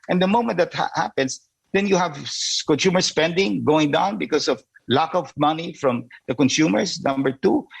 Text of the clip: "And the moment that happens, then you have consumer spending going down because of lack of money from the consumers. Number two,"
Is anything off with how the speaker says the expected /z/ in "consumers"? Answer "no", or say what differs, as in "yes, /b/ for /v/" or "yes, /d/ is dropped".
yes, /s/ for /z/